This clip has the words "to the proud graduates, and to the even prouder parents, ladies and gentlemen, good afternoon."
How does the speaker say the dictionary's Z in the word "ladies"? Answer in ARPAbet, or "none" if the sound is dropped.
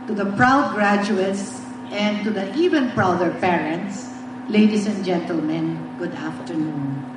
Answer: S